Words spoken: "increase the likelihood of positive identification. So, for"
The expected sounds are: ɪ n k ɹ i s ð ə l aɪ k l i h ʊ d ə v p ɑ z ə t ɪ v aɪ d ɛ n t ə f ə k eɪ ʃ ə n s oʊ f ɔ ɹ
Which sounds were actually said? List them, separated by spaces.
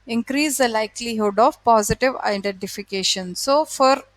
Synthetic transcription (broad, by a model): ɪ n k ɹ i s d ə l aɪ k l i h ʊ d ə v p ɑ z ə t ɪ v aɪ d ɛ n t ə f ə k eɪ ʃ ə n s oʊ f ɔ ɹ